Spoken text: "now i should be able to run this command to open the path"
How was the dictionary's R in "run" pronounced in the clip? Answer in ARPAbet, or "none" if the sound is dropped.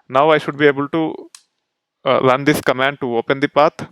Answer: L